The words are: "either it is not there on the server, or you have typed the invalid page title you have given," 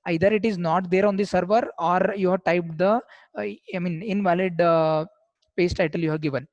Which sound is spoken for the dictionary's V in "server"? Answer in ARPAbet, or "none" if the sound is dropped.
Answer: V